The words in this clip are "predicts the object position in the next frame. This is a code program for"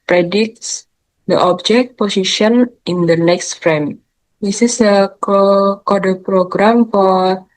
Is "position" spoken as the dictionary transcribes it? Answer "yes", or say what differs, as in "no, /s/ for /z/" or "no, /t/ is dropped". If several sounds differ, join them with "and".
no, /s/ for /z/